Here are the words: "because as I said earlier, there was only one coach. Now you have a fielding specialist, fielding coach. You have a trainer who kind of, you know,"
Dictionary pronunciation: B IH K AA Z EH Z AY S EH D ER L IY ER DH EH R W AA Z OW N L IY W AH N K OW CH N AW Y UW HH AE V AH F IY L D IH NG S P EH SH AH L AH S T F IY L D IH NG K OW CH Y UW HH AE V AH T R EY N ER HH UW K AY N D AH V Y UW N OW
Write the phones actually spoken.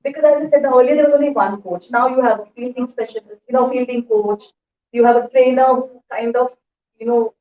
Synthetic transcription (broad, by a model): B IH K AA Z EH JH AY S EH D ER L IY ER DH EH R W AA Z OW N L IY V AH N K OW CH N AW Y UW HH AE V AH F IY L D IH NG S P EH SH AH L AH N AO F IY L D IH NG K OW CH Y UW HH AE V AH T R EY N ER HH UW K AY N D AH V Y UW N OW